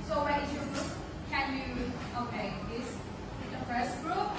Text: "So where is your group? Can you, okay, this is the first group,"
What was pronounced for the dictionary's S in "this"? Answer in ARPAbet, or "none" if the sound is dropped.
none